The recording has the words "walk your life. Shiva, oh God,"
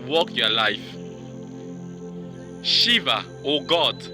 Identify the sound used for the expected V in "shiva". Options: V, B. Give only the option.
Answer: V